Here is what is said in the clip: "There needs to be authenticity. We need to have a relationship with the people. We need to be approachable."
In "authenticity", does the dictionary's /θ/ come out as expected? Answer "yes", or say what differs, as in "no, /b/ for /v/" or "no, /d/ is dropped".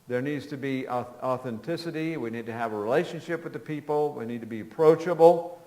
yes